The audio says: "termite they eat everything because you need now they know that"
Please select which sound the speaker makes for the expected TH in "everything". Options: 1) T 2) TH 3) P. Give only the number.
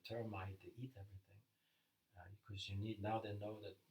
2